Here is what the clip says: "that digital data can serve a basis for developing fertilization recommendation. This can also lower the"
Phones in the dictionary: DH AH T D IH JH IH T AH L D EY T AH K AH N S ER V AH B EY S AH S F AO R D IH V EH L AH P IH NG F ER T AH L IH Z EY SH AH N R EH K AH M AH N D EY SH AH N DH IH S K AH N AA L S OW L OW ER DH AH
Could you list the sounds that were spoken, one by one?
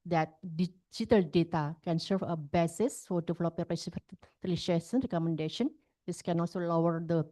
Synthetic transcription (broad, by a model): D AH T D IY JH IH T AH L D EY T AH K AH N S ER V AH B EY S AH S F AO R D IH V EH L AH P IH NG P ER S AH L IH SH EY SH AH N R EH K AH M AH N D EY SH AH N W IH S K AH N AA L S OW L OW ER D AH